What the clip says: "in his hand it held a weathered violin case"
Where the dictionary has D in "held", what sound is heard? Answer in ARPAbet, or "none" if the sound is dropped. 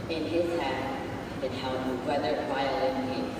none